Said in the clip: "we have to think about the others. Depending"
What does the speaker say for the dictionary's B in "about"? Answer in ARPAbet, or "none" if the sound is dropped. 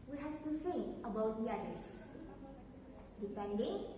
B